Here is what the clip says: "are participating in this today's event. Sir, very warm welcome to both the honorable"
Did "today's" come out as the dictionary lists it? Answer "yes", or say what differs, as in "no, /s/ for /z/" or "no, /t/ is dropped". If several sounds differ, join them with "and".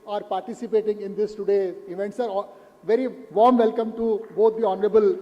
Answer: no, /z/ is dropped